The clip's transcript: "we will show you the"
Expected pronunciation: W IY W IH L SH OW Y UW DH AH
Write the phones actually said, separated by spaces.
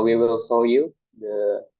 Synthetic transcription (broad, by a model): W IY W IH L S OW Y UW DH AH